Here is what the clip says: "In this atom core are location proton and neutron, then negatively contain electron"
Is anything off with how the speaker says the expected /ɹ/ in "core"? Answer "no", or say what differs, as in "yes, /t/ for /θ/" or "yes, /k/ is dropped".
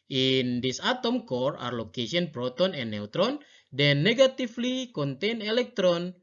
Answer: no